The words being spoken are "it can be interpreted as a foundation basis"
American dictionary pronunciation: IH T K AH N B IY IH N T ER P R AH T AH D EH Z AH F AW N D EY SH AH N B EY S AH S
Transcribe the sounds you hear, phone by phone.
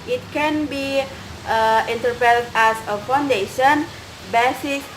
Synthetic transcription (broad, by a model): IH T K AH N B IY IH N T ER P AH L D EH S AH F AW N D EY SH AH N B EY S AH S